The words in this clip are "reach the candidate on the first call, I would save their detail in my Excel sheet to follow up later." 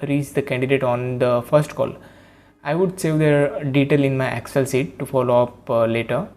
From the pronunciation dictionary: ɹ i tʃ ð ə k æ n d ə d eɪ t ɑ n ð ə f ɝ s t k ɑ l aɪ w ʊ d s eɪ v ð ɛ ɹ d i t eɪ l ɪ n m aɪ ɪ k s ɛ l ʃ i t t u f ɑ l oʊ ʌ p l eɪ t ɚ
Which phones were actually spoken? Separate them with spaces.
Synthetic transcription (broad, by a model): ɹ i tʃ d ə k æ n d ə d eɪ t ɑ n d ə f ɝ s t k ɑ l aɪ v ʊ d s eɪ v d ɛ ɹ d i t eɪ l ɪ n m aɪ ɪ k s ɛ l s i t t u f ɑ l oʊ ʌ p l eɪ t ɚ